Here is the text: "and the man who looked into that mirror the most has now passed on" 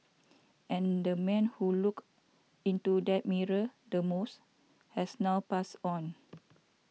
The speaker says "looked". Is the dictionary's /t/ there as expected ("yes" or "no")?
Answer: no